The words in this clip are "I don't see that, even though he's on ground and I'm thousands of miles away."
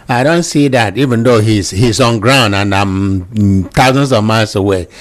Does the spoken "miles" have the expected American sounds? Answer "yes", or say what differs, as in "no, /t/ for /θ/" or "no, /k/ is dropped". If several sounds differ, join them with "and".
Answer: no, /s/ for /z/